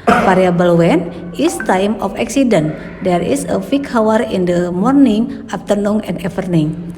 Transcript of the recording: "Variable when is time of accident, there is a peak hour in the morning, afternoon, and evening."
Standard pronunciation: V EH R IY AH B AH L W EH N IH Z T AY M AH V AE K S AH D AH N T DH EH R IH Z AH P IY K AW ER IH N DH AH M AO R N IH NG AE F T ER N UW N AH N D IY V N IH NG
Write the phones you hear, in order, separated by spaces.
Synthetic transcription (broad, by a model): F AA R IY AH B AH L W EH N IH S T AY M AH F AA K S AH D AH N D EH R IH S AH F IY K AW ER IH N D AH M AO R N IH NG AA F T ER N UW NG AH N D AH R N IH NG